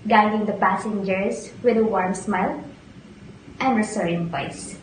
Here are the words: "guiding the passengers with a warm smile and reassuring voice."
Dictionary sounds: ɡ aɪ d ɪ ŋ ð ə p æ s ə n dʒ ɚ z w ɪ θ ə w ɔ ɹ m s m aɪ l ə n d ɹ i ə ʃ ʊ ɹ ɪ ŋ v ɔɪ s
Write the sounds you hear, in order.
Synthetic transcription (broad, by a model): ɡ aɪ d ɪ ŋ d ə p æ s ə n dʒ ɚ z w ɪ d ə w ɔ ɹ m s m aɪ l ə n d ɹ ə s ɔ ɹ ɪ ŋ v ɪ s